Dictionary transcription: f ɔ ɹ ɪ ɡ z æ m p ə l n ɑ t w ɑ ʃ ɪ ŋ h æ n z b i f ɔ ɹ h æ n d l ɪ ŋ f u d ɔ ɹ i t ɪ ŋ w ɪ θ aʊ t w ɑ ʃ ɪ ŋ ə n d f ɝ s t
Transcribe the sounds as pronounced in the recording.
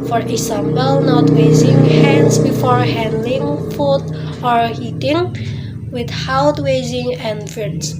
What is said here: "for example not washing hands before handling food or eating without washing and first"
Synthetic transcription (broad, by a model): f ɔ ɹ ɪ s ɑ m b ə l n ɑ t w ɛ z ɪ ŋ h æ n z b i f ɔ ɹ h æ n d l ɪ ŋ f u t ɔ ɹ i t ɪ ŋ w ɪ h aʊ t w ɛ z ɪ ŋ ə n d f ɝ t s